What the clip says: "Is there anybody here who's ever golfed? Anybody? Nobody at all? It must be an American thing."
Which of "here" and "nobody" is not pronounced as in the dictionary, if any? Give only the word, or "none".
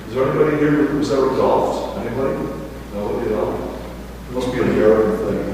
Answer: nobody